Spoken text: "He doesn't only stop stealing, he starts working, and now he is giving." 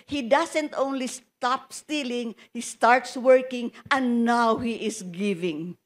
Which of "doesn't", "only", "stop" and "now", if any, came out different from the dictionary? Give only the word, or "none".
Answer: doesn't